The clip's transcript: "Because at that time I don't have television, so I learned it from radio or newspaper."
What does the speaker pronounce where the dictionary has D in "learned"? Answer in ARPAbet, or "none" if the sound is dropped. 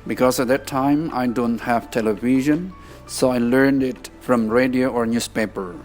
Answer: D